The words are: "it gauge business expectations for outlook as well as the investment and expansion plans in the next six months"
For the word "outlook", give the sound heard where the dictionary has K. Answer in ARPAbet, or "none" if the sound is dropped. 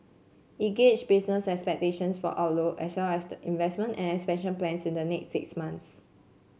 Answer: none